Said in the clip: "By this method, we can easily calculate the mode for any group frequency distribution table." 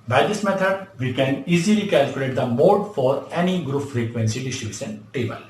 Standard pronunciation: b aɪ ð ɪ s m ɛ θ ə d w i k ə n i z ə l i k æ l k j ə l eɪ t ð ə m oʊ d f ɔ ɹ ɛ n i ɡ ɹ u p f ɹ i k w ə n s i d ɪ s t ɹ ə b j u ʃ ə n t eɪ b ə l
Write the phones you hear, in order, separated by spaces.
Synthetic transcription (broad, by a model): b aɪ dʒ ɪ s m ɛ t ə d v i k ə n i z ə l i k æ l k j ə l eɪ t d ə m oʊ d f ɔ ɹ ɛ n i ɡ ɹ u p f ɹ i k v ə n s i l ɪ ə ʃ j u s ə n t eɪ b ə l